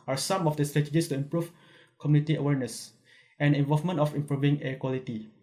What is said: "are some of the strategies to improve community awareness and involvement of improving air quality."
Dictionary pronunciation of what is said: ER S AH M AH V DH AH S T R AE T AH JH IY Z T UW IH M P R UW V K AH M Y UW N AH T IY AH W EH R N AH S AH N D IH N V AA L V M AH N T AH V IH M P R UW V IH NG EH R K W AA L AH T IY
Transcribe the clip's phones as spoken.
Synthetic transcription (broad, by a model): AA S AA M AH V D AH S T R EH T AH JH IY S T UW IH M P R UW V K AH M Y UW N AH T IY AH W EH R N AH S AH N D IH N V AA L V M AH N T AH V IH M P R UW V IH NG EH K W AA L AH T IY